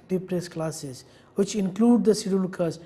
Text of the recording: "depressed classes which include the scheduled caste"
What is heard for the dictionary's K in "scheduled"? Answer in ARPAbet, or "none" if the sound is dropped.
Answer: none